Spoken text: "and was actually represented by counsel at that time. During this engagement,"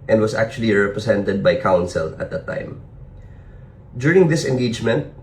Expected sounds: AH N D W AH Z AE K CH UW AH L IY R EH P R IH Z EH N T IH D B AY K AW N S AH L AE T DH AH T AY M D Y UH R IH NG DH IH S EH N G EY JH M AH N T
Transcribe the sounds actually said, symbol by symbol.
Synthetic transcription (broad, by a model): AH N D W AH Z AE K CH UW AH L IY R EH P R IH S EH N T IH D B AY K AW N S AH L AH T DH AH T AY M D Y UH R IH NG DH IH S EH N G EY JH M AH N T